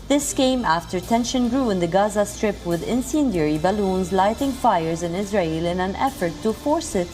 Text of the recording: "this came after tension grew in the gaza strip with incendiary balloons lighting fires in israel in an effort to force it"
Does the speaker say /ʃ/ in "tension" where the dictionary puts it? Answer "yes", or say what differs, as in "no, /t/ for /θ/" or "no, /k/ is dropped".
yes